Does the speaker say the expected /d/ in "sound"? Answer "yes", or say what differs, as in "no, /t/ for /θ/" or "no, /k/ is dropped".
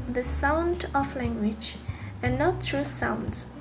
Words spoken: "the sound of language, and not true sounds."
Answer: yes